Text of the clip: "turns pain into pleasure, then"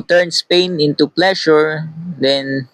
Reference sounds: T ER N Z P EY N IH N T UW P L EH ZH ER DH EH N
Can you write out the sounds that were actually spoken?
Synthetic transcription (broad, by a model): T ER N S P EY N IH N T UW P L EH SH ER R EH N